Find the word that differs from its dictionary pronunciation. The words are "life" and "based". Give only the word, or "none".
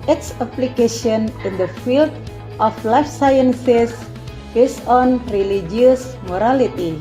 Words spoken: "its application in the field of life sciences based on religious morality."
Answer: based